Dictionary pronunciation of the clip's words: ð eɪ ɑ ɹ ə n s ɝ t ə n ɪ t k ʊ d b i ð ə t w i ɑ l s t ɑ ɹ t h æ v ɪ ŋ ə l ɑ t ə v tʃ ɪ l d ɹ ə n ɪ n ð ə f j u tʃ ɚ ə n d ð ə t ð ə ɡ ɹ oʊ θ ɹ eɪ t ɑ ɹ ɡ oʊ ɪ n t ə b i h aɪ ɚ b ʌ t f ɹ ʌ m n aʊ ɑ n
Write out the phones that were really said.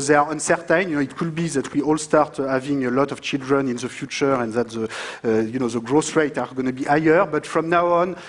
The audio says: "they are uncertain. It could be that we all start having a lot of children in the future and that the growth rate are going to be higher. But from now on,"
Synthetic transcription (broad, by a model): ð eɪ ɑ ɹ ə n s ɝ t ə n ɪ t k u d b i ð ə t w i ɑ l s t ɑ ɹ t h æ v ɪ ŋ ə l ɑ t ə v tʃ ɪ l d ɹ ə n ɪ n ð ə f j u tʃ ɚ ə n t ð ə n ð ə ɡ ɹ oʊ s ɹ eɪ t ɑ ɹ ɡ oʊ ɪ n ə b i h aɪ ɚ b ʌ t f ɹ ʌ m n aʊ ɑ n